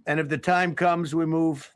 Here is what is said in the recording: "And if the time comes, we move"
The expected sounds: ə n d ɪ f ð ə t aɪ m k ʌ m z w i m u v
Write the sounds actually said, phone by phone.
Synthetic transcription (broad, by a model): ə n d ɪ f ð ə t aɪ m k ʌ m z w i m u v